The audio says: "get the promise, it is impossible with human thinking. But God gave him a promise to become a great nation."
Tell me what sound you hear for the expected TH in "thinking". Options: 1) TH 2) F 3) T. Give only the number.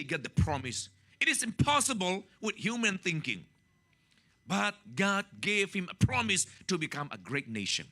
1